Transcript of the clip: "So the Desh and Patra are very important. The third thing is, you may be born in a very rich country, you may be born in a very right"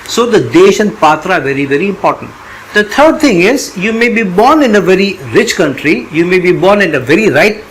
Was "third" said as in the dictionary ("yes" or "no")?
no